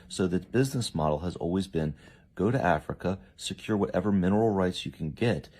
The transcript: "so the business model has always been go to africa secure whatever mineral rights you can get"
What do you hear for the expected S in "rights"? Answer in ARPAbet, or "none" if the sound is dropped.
S